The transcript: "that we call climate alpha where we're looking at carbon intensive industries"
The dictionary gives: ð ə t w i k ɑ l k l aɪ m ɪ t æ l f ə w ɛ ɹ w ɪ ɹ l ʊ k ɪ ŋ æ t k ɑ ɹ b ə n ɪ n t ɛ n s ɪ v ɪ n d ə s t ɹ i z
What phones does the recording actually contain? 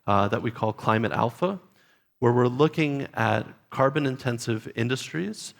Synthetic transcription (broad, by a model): ð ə t w i k ɑ l k l aɪ m ɪ t æ l f ə w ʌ ɹ w ɪ ɹ l ʊ k ɪ ŋ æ t k ɑ ɹ b ə n ɪ n t ɛ n s ɪ v ɪ n d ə s t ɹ i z